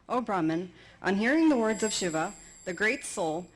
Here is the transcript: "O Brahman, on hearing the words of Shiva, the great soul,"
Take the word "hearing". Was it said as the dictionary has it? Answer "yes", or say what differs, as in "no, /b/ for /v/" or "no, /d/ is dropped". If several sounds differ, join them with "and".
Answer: yes